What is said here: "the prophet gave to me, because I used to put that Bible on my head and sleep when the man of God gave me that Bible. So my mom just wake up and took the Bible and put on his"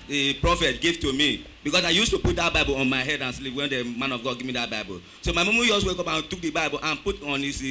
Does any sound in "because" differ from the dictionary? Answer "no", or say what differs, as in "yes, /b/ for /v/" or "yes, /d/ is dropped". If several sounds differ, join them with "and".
yes, /s/ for /z/